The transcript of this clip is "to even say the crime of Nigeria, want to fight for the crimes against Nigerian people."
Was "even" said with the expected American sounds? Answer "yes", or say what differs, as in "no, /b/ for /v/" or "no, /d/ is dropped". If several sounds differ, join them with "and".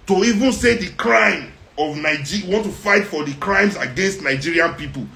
yes